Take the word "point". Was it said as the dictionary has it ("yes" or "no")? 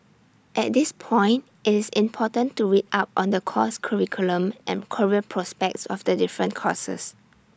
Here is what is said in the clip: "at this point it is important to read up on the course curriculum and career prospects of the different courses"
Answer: yes